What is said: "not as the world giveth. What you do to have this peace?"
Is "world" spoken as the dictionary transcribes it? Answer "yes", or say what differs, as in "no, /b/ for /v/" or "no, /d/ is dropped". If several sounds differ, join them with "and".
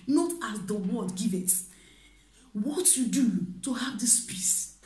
no, /l/ is dropped